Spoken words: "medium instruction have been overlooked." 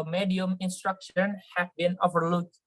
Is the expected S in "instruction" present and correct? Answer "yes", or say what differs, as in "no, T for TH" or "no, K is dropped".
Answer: yes